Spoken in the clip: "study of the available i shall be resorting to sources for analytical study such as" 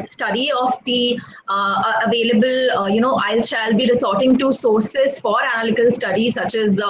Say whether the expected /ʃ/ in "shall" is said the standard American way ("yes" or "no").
yes